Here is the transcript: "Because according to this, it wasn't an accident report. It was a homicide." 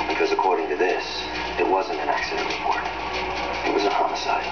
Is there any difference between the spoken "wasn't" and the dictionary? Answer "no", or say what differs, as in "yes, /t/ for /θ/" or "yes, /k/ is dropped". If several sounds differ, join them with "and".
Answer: no